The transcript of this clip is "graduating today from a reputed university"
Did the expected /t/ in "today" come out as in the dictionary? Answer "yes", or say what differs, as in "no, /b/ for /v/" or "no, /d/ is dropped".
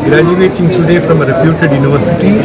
no, /s/ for /t/